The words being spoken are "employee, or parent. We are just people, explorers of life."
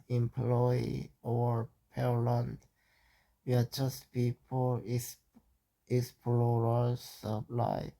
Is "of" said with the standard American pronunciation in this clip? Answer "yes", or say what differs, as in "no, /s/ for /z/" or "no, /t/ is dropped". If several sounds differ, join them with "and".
no, /p/ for /v/